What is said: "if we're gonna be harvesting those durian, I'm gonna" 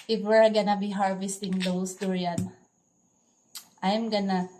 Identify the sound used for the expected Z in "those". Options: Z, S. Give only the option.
S